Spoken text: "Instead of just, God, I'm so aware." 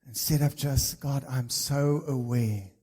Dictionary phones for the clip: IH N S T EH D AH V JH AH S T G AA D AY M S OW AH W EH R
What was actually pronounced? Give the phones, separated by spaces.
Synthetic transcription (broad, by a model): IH N S T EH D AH P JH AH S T G AA D AY M S OW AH W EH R